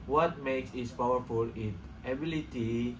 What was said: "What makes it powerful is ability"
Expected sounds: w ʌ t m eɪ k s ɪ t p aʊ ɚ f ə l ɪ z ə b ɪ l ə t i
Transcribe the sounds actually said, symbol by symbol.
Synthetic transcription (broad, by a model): w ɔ t m eɪ k s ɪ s p aʊ ɚ f ə l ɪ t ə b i l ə t i